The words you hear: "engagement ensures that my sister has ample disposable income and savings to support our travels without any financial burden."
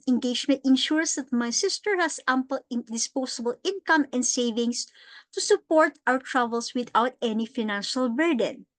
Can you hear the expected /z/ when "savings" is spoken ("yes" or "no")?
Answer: no